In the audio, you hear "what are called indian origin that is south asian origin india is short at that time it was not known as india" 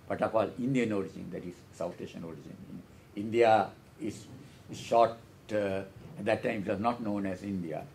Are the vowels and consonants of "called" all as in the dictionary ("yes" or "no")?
no